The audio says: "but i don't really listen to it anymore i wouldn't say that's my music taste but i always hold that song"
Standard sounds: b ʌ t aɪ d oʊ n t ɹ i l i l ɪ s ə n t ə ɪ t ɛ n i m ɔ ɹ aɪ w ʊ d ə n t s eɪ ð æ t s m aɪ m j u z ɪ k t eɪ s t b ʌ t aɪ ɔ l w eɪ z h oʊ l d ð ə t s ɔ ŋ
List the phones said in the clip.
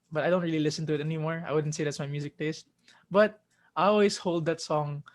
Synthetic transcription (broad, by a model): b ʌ t aɪ d oʊ n t ɹ i l i l ɪ s ə n t ə ɪ t ɛ n i m ɔ ɹ aɪ w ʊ d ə n t s eɪ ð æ t s m aɪ m j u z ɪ k t eɪ s t b ʌ t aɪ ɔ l w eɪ s h oʊ l d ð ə t s ɔ ŋ